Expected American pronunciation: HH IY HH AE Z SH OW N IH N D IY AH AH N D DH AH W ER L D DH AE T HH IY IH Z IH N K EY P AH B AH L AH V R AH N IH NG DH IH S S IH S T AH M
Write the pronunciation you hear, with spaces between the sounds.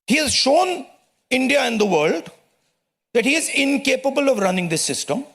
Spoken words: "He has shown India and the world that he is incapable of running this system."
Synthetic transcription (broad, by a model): HH IY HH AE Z SH OW N IH N D IY AH AH N D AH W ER L D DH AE T HH IY IH Z IH N K EY P AH B AH L AH V R AH N IH NG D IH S S IH S T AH M